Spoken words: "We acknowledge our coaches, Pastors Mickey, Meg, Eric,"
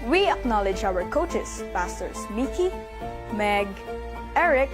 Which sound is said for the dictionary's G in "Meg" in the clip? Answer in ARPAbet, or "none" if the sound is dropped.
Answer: G